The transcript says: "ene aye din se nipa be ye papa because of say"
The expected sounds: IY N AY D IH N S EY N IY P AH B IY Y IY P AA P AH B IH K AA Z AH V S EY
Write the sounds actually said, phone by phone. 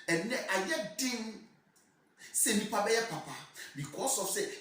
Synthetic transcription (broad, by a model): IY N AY D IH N S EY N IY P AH B IY Y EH P AA P AH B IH K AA S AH F S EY